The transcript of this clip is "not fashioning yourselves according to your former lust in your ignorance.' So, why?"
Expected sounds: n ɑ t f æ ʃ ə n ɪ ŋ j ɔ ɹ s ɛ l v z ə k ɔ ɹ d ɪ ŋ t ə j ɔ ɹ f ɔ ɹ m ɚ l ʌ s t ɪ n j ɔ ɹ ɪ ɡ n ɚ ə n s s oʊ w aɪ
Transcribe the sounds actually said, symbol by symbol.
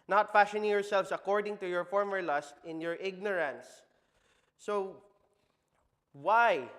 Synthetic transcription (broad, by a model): n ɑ t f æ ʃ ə n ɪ ŋ j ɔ ɹ s ɛ l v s ə k ɔ ɹ d ɪ ŋ t ə j ɔ ɹ f ɔ ɹ m ɚ l ʌ s t ɪ n j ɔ ɹ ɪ ɡ n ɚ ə n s s oʊ w aɪ